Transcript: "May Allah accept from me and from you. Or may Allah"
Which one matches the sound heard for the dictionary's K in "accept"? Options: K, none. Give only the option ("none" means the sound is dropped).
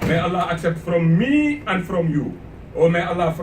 K